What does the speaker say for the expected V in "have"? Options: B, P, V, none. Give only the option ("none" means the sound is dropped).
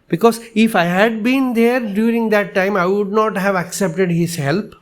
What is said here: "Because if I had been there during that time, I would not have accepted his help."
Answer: V